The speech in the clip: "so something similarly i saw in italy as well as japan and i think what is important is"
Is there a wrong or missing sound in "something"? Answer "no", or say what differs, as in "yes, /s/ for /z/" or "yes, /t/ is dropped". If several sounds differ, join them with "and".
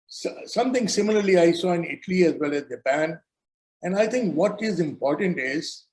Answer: yes, /t/ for /θ/